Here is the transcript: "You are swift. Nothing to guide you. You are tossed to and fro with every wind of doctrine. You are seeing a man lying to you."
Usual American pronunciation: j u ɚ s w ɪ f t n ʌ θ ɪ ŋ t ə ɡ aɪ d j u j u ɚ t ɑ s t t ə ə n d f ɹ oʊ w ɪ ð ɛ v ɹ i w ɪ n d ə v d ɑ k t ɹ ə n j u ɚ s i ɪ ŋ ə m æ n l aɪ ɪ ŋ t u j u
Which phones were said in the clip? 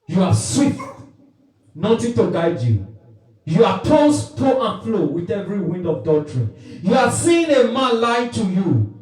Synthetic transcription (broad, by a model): j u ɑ s w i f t n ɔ t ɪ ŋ t ə ɡ aɪ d j u j u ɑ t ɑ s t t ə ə n f l oʊ w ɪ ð ɛ v ɹ i w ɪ n d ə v d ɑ t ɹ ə n j u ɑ s i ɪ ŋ ə m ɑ n l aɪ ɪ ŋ t u j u